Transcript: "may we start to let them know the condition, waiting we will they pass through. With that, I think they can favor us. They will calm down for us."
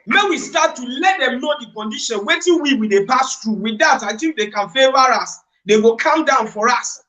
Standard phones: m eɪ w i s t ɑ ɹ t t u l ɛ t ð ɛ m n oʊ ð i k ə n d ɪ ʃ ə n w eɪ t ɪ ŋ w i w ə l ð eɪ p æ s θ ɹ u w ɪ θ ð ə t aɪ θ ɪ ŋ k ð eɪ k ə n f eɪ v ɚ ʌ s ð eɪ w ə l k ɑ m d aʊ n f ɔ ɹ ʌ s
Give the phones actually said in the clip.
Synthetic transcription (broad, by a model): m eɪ w i s t ɑ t t u l ɛ t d ɛ m n oʊ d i k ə n d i ʃ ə n w eɪ t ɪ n w i w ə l eɪ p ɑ s t ɹ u w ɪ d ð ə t aɪ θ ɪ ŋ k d eɪ k ə n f eɪ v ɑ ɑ s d eɪ w ə l k ɑ m d aʊ n f ɔ ɹ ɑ s